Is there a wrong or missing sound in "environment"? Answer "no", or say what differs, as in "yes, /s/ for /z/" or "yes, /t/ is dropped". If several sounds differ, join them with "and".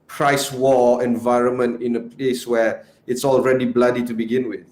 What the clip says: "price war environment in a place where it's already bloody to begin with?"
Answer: no